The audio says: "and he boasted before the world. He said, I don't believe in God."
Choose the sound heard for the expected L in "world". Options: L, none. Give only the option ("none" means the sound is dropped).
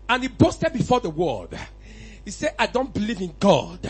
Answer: none